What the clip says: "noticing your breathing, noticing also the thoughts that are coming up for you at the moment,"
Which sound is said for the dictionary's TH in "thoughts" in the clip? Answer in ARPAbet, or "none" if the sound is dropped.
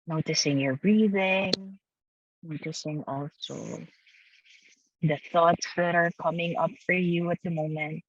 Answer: TH